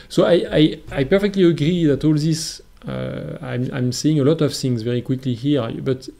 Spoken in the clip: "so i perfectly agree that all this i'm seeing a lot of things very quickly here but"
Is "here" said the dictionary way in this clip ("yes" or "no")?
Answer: yes